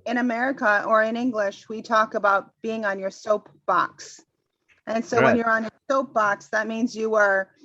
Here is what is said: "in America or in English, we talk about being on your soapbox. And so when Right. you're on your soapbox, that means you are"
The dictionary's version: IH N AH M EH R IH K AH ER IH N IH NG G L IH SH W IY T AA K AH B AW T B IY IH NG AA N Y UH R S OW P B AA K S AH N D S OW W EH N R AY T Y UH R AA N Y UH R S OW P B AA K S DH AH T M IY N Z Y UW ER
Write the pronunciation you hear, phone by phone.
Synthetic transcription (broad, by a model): IH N AH M EH R IH K AH ER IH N IH NG G L IH SH W IY T AA K AH B AW T B IY IH NG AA N Y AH R S OW P B AA K S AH N S OW W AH N Y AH R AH N Y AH R S OW P B AA K S DH AH T M IY N Z Y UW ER